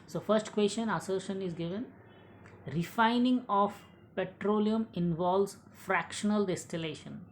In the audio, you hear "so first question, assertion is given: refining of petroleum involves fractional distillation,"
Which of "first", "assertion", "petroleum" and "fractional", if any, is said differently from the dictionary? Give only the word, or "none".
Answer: none